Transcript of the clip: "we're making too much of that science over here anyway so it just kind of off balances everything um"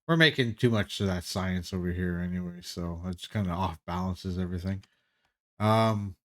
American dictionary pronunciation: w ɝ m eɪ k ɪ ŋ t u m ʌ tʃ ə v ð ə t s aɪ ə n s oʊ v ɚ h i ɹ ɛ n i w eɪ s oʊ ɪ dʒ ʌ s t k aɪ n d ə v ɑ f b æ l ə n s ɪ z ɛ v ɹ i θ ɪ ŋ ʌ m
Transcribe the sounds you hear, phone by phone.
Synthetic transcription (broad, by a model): w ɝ m eɪ k ɪ ŋ t u m ʌ tʃ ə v ð ə t s aɪ ə n s oʊ v ɚ h i ɹ ɛ n i w eɪ s oʊ ɪ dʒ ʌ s k aɪ n d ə ɑ f b æ l ə n s ɪ z ɛ v ɹ i θ ɪ ŋ ʌ m